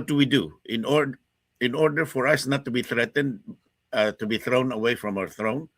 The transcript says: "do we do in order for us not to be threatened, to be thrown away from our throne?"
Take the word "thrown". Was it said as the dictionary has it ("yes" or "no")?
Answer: yes